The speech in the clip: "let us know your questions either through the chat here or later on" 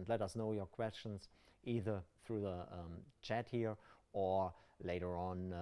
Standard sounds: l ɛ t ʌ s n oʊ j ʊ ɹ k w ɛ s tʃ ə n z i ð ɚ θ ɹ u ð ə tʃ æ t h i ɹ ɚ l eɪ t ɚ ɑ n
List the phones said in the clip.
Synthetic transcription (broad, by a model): l ɛ t ʌ s n oʊ j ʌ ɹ k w ɛ s tʃ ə n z i ð ɚ θ ɹ u ð ə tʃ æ t h i ɹ ɚ l eɪ t ɚ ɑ n